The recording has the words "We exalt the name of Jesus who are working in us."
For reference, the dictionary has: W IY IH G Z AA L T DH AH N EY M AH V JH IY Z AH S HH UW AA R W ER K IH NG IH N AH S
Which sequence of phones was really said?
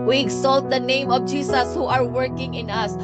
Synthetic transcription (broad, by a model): W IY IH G S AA L T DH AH N EY M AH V JH IY S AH S HH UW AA R W ER K IH NG IH N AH S